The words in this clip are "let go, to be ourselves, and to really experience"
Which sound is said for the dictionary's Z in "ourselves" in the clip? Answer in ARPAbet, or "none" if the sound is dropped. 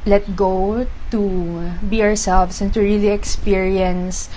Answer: S